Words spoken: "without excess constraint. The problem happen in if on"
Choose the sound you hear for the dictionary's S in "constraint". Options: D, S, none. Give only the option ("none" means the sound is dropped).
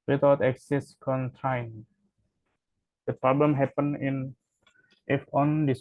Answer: none